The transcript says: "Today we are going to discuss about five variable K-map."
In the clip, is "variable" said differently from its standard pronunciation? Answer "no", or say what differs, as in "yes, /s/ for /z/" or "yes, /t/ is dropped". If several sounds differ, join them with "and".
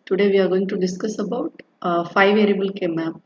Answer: no